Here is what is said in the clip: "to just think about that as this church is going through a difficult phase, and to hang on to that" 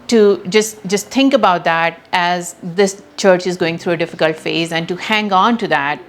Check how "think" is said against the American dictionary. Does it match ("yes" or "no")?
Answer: no